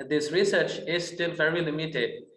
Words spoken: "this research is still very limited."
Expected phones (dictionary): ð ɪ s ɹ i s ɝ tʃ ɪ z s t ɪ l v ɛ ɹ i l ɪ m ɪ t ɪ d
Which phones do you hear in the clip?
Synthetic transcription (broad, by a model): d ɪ s ɹ i s ɝ tʃ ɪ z s t ɪ l v ɛ ɹ i l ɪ m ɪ t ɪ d